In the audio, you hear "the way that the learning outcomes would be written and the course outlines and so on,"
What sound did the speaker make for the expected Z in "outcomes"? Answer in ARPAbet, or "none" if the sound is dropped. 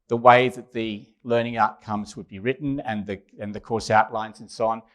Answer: Z